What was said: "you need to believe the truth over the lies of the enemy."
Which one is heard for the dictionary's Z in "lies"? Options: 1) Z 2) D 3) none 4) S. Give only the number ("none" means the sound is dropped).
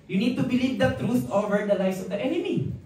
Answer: 4